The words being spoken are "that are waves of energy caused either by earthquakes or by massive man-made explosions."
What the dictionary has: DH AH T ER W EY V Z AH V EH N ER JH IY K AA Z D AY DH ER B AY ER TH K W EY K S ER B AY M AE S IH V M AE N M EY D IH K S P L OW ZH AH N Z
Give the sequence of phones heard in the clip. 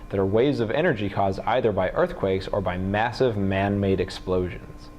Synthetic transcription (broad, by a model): DH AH T ER W EY V Z AH V EH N ER JH IY K AA Z D AY DH ER B AY ER TH K W EY K S ER B AY M AE S IH V M AE N M EY D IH K S P L OW ZH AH N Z